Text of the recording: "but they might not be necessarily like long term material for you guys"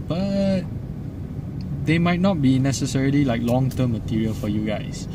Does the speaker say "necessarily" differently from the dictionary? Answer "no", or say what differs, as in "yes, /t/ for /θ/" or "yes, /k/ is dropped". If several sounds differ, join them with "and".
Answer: no